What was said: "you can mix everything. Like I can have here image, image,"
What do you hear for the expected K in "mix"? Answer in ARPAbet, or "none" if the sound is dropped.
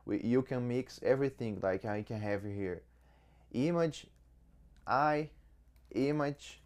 K